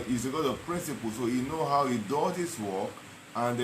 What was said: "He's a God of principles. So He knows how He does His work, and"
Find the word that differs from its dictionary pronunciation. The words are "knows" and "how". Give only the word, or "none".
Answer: knows